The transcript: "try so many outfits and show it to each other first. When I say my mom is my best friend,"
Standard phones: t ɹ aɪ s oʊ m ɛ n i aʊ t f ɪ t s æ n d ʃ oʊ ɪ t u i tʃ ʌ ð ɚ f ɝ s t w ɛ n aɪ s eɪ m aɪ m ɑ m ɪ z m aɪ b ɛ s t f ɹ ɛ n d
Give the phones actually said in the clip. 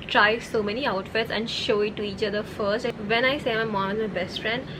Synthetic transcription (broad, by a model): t ɹ aɪ s oʊ m ɛ n i aʊ t f ɪ t s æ n d ʃ oʊ ɪ t u i tʃ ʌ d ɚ f ɝ s t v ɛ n aɪ s eɪ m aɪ m ɑ m ɪ z m aɪ b ɛ s t f ɹ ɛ n d